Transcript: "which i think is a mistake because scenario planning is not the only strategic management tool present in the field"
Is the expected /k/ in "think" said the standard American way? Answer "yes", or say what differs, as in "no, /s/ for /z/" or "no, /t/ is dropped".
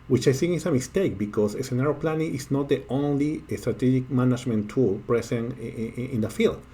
no, /k/ is dropped